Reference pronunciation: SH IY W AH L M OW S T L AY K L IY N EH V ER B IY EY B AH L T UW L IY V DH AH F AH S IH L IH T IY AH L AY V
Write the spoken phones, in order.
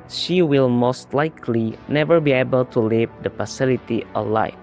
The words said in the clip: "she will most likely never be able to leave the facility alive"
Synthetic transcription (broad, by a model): SH IY W AH L M OW S T L AY K L IY N EH V ER B IY EY B AH L T UW L IY V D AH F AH S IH L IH T IY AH L AY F